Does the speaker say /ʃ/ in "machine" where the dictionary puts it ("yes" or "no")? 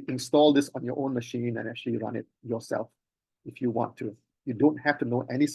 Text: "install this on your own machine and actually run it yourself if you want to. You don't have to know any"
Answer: yes